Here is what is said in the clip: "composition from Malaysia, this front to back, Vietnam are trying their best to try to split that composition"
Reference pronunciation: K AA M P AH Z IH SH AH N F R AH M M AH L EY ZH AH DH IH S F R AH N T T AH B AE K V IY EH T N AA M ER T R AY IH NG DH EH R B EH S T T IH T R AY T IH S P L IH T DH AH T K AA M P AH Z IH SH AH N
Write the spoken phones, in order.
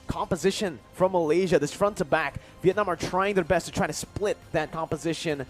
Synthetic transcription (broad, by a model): K AA M P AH Z IH SH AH N F R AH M M AH L EY ZH AH DH IH S F R AH N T T AH B AE K V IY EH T N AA M ER T R AY IH NG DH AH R B EH S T T IH T R AY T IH S P L IH T DH AH T K AA M P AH Z IH SH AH N